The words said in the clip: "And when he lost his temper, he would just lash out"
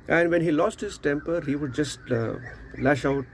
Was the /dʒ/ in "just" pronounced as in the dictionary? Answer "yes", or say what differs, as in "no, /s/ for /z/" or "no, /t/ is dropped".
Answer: yes